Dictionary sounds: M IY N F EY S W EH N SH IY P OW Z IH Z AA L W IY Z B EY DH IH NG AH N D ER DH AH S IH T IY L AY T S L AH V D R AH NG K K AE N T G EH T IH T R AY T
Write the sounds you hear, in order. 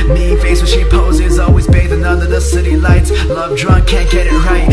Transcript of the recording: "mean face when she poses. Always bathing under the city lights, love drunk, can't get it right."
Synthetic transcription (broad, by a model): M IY F EY S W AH SH IY P OW Z IH Z AA L W IY Z B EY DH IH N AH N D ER DH AH S IH T IY L AY T S L AH V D R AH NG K K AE N G EH T IH T R AY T